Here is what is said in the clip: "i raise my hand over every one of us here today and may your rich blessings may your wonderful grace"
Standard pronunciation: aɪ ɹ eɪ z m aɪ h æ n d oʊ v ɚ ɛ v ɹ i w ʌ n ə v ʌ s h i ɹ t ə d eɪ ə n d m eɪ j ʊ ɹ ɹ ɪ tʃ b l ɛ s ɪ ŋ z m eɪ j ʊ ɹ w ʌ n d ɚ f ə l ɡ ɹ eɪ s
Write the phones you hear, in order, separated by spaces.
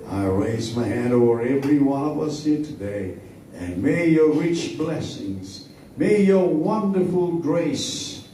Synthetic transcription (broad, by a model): aɪ ɹ eɪ z m aɪ h æ n d oʊ v ɚ ɛ v ɹ i w ʌ n ə v ʌ s h i ɹ t ə d eɪ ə n m eɪ j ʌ ɹ ɹ ɪ tʃ b l ɛ s ɪ ŋ z m eɪ j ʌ ɹ w ʌ n d ɚ f ə l ɡ ɹ eɪ s